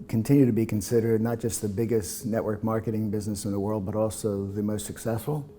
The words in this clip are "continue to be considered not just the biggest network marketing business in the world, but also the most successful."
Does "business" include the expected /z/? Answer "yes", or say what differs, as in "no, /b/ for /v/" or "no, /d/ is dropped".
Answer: yes